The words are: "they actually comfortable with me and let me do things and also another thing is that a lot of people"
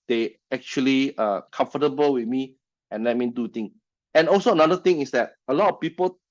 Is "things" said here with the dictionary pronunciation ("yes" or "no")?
no